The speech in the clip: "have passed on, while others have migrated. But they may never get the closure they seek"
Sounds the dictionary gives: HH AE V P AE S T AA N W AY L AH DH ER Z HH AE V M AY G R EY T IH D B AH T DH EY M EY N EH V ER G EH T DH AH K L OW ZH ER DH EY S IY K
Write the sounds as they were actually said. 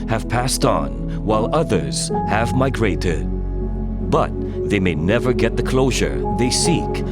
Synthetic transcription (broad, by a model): HH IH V P AE S T N W AY L AH DH ER Z HH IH V M AY G R EY T IH D B AH T DH EY M EY N EH V ER G EH T DH AH K L OW ZH ER DH EY S IY K